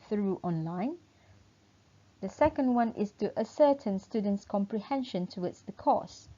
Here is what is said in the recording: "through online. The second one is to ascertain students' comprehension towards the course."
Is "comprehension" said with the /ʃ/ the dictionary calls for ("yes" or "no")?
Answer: yes